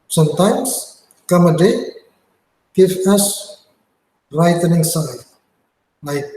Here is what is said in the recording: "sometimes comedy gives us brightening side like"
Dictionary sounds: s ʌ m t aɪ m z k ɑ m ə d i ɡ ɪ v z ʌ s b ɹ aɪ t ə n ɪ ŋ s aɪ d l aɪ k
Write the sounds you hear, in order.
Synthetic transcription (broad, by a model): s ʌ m t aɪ m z k ɑ m ə d i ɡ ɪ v ʌ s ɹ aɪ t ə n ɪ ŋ s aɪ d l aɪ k